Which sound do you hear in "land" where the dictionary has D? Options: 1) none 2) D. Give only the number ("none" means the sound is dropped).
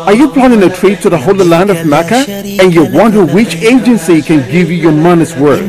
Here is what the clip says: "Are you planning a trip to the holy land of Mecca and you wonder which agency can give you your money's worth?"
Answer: 2